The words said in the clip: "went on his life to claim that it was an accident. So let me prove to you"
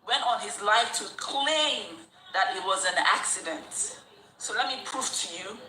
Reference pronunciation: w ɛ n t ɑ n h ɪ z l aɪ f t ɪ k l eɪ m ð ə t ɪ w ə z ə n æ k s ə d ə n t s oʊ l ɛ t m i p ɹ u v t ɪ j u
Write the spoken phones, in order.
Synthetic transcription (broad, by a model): w ɛ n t n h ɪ z l aɪ f t ɪ k l eɪ m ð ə t ɪ w ə z ə n æ k s ə d ə n t s oʊ l ɛ t m i p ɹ u f t ɪ j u